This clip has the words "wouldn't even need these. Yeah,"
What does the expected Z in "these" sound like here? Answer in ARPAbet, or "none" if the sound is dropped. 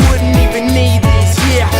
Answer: S